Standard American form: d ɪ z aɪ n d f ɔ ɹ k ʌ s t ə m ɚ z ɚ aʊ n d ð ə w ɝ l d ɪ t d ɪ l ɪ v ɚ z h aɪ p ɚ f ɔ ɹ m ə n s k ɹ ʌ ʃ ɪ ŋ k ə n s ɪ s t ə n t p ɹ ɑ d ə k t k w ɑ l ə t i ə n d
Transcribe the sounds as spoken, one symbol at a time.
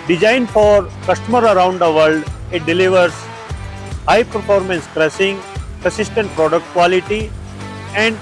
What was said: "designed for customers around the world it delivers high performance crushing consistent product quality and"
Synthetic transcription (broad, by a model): d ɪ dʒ aɪ n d f ɔ ɹ k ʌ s t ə m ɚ ɚ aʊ n d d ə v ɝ l d ɪ t d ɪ l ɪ v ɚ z h aɪ p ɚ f ɔ ɹ m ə n s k ɹ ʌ s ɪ ŋ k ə s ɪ s t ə n t p ɹ ɑ d ə k t k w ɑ l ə t i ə n d